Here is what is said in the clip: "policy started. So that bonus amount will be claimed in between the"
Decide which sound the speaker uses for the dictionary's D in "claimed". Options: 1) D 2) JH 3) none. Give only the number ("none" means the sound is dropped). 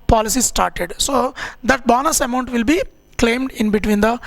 1